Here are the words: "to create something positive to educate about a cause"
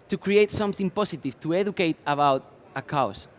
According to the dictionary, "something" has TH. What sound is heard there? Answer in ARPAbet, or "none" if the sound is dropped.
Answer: TH